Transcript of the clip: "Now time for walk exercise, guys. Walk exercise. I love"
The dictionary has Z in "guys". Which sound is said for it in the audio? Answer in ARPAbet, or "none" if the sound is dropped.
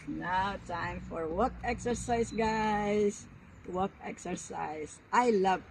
S